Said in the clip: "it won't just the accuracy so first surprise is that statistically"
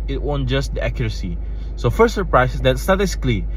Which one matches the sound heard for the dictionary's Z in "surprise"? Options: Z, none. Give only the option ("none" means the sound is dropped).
none